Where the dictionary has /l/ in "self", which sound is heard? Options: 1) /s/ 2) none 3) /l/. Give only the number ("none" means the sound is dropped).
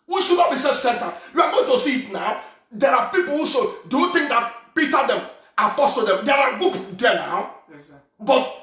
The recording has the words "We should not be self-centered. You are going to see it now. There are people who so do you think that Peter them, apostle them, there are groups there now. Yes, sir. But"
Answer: 2